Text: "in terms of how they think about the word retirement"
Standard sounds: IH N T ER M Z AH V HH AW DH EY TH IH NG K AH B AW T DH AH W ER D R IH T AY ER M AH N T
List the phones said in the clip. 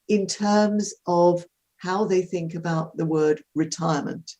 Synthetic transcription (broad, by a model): IH N T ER M Z AH V HH AW DH EY TH IH NG K AH B AW T DH AH W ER D R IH T AY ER M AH N T